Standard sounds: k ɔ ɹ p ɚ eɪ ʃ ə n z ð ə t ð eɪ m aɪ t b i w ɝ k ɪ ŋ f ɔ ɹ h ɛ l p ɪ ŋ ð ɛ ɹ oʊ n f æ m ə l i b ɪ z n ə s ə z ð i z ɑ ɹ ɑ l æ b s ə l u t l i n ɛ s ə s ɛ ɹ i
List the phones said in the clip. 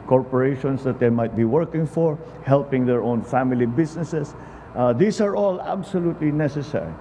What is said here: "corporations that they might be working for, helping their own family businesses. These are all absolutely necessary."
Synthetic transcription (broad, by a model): k ɔ ɹ p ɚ eɪ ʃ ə n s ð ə t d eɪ m aɪ t b i w ɝ k ɪ ŋ f ɔ ɹ h ɛ l p ɪ ŋ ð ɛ ɹ oʊ n f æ m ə l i b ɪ s n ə s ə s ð i s ɑ ɹ ɑ l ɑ b s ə l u t l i n ɛ s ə s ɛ ɹ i